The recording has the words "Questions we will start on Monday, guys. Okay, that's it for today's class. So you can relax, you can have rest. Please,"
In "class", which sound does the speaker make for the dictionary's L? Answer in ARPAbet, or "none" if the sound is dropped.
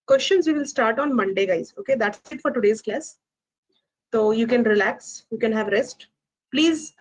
L